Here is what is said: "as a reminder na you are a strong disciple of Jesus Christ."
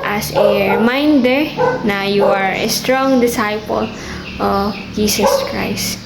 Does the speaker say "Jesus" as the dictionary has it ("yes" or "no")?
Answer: no